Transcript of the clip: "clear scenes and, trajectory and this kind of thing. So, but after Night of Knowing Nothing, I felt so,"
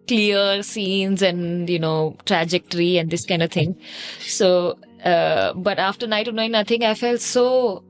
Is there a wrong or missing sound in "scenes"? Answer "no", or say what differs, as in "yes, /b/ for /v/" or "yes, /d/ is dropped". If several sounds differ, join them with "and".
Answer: no